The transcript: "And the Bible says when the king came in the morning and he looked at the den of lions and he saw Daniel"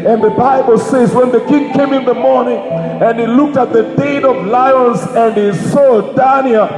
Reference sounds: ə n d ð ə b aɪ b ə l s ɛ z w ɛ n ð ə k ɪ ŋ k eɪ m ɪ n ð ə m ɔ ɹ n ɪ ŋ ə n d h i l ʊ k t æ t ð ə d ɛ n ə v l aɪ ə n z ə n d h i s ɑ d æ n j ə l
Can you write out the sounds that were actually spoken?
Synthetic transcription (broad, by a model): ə n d ð ə b aɪ b ə l s ɛ z w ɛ n ð ə k ɪ ŋ k eɪ m ɪ n ð ə m ɔ ɹ n ɪ ŋ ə n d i l ʊ k t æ t ð ə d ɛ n ə v l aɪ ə n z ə n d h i s ɑ d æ n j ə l